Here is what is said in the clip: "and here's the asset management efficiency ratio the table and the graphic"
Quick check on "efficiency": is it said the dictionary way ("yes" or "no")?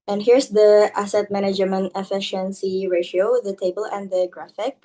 yes